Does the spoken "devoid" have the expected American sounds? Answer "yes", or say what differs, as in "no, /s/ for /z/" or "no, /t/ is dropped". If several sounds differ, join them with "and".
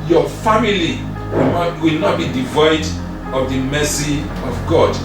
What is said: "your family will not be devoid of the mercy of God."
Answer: yes